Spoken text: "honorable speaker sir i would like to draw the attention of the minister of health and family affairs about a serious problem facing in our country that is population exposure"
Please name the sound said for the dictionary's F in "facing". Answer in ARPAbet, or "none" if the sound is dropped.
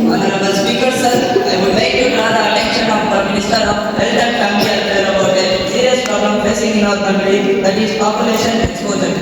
P